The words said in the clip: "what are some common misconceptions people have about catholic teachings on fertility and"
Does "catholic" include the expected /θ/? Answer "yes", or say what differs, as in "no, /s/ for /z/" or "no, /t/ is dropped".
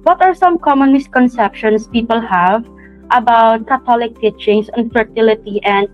no, /t/ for /θ/